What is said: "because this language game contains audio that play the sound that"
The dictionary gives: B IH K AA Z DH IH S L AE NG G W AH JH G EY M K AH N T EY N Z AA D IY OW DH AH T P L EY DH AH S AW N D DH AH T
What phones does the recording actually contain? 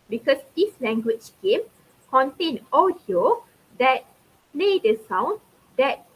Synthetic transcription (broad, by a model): B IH K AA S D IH S L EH NG G W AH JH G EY M K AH N T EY N AA D IY OW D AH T P L EY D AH S AW N D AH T